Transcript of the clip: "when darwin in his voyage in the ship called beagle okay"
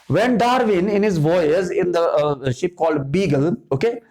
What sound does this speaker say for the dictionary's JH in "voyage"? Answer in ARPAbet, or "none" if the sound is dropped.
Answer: Z